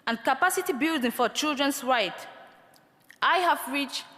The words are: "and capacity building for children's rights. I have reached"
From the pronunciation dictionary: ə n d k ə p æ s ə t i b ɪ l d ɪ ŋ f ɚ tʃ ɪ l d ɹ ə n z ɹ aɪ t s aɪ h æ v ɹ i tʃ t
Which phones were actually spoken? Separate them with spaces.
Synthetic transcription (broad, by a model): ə n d k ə p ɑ s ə t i b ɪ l d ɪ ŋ f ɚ tʃ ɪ l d ɹ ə n s ɹ aɪ t aɪ h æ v ɹ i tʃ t